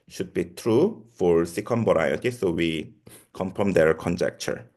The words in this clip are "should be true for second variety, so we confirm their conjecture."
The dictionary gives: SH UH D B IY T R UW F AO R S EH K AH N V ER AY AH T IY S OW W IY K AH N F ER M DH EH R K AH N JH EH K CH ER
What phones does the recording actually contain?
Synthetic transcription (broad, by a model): SH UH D B IY T R UW F AO R S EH K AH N B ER AY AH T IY S OW W IY K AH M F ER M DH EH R K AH N JH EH K CH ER